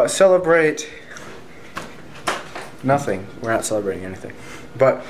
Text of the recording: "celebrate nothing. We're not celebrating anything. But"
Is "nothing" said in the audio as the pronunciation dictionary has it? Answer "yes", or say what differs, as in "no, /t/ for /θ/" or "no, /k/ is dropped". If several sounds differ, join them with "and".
yes